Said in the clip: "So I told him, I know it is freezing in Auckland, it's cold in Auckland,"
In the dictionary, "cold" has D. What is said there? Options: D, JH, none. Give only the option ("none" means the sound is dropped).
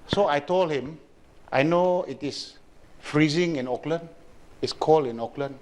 none